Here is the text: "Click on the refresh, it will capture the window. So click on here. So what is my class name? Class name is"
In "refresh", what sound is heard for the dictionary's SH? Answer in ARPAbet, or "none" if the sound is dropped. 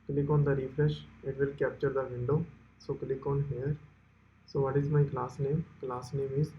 SH